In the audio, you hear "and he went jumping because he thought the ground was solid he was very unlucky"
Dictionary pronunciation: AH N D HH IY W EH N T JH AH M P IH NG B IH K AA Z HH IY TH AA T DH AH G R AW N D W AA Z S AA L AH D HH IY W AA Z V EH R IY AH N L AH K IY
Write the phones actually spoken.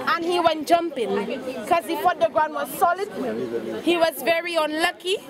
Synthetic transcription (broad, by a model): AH N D HH IY W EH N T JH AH M P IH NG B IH K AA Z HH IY F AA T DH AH G R AW N D W AA Z S AA L AH D HH IY W AA Z V EH R IY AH N L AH K IY